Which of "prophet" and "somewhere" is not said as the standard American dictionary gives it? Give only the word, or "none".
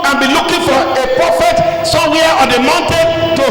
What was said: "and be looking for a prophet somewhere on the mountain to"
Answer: somewhere